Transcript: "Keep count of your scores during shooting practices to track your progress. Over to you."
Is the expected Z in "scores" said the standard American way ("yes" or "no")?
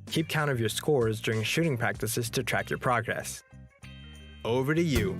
yes